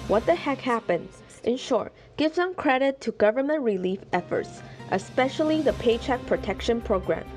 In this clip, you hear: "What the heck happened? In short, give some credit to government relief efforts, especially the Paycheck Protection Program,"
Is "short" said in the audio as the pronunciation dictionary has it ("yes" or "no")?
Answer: yes